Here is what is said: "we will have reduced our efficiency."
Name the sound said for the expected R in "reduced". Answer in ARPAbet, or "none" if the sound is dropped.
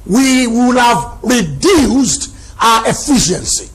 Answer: R